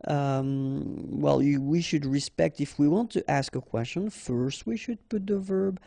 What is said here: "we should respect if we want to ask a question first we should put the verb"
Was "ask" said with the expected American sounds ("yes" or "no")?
yes